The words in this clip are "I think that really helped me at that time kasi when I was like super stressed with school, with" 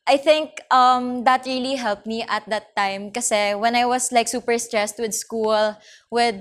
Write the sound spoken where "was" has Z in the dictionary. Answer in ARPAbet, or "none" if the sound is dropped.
S